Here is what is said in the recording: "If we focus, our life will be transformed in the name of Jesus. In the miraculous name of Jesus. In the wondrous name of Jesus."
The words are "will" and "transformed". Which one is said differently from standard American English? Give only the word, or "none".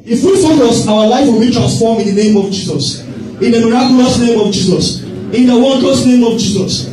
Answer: transformed